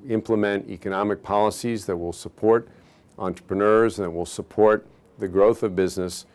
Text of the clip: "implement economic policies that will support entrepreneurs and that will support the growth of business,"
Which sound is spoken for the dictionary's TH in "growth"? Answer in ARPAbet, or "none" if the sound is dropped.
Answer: TH